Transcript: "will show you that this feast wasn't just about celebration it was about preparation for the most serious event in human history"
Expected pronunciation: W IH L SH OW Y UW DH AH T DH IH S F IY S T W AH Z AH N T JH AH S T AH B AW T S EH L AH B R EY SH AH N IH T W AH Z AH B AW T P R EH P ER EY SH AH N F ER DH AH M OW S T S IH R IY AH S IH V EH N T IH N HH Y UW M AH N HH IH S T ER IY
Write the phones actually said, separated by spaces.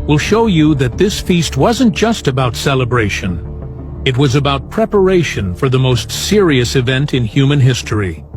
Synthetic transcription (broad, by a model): W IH L SH OW Y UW DH AH T DH IH S F IY S T W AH Z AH N JH AH S T AH B AW T S EH L AH B R EY SH AH N IH T W AH Z AH B AW T P R EH P ER EY SH AH N F ER DH AH M OW S T S IH R IY AH S IH V EH N T IH N HH Y UW M AH N HH IH S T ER IY